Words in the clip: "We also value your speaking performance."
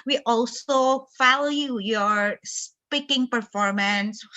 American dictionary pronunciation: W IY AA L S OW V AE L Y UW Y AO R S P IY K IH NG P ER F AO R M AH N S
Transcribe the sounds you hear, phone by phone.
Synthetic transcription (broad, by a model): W IY AA L S OW F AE L Y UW Y AO R S P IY K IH NG P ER F AO R M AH N S